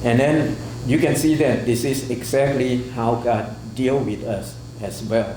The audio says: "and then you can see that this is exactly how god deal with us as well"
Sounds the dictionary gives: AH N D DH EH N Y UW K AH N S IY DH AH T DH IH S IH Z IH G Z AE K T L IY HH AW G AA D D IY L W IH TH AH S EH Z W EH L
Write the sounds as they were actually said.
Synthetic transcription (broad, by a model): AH N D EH N Y UW K AH N S IY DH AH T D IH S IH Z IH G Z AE K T L IY HH AW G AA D D IY L W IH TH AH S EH S W EH L